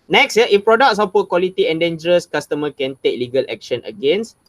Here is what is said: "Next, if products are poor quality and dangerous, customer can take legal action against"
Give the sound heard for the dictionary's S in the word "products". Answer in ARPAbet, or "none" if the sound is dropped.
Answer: S